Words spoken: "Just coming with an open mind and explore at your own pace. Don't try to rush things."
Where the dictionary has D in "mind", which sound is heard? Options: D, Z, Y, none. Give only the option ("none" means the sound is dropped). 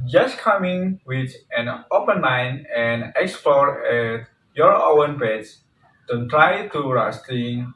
none